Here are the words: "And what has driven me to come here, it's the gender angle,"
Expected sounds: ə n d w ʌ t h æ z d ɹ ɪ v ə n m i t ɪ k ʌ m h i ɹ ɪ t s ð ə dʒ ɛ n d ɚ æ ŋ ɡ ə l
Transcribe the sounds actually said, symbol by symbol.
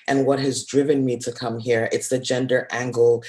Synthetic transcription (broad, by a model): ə n w ʌ t h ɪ z d ɹ ɪ v ə n m i t ɪ k ʌ m h i ɹ ɪ t s ð ə dʒ ɛ n d ɚ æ ŋ ɡ l